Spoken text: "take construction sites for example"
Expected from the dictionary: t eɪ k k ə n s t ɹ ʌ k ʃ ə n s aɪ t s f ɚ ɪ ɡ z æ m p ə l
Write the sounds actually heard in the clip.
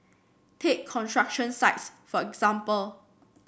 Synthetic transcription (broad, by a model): t eɪ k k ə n t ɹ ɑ k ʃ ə n s aɪ t s f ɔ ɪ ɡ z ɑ m p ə l